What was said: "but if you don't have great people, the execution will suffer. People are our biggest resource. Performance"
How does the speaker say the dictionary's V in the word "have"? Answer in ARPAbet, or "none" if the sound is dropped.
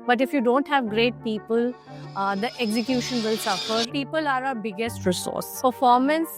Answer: V